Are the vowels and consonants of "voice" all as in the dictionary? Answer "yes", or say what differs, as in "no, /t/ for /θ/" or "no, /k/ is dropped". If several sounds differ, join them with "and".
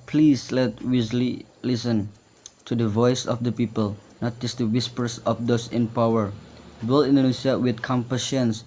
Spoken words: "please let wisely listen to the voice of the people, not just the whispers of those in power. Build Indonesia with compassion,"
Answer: yes